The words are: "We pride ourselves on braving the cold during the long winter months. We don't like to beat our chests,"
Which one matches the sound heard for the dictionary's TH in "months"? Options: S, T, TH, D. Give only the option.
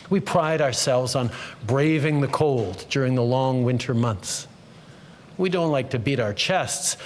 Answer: TH